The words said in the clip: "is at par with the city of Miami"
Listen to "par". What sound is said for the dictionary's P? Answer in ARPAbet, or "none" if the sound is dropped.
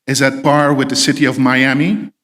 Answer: B